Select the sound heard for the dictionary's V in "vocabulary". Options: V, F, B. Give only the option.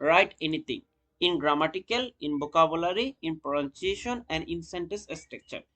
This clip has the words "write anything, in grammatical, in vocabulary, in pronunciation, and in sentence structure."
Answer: B